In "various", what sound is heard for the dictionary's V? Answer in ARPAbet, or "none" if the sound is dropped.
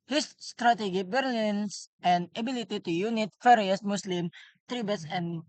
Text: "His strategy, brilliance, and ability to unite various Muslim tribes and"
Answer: F